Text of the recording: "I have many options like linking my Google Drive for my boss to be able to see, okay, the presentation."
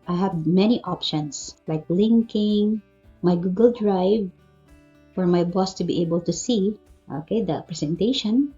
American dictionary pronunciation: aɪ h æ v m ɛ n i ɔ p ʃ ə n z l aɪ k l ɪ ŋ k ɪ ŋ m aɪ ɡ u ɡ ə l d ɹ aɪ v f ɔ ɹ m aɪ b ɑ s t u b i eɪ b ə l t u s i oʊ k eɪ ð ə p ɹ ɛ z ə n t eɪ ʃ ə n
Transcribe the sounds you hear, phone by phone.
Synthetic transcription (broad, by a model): aɪ h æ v m ɛ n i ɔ p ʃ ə n s l aɪ k l ɪ ŋ k ɪ ŋ m aɪ ɡ u ɡ ə l d ɹ aɪ v f ɔ ɹ m aɪ b ɑ s t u b i eɪ b ə l t u s i oʊ k eɪ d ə p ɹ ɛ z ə n t eɪ ʃ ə n